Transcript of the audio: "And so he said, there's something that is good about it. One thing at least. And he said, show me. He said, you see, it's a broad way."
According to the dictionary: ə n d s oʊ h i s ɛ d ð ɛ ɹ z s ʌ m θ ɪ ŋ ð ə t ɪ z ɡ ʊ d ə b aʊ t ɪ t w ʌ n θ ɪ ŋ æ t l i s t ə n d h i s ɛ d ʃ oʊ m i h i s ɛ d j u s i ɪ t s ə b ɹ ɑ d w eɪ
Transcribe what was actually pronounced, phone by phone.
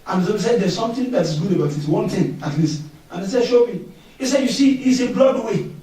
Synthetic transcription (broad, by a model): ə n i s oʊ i s ɛ d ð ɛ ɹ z s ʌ m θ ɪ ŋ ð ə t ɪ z ɡ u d ə b aʊ t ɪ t w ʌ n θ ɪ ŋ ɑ t l i s t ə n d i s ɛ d ʃ oʊ m i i s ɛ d j u s i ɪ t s ə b l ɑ d w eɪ